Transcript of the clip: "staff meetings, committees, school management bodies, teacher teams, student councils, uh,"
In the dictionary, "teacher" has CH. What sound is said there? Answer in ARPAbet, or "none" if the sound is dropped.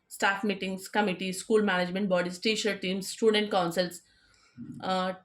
SH